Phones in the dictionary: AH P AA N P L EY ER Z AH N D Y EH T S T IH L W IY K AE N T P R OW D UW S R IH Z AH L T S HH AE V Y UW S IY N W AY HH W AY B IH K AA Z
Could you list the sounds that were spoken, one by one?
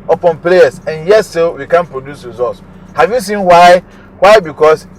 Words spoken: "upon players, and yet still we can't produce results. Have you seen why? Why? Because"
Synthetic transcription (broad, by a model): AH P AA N P L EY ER S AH N Y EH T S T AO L W IY K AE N P R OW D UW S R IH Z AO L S HH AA V Y UW S IY N W AY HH W AY B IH K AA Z